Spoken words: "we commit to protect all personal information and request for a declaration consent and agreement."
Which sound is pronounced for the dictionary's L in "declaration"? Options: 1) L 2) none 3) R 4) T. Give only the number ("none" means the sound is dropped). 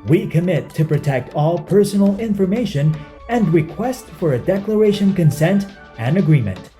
1